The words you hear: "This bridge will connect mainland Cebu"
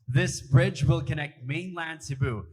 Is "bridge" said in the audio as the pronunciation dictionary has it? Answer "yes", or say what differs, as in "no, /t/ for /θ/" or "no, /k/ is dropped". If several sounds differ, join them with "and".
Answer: yes